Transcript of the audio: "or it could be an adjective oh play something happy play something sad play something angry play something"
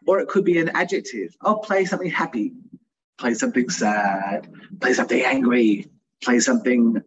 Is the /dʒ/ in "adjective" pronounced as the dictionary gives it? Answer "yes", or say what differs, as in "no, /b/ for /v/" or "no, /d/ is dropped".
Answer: yes